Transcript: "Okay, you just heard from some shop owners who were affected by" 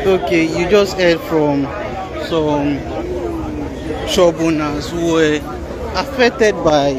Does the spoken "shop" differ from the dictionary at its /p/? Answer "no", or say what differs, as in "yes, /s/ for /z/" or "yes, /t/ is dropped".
yes, /b/ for /p/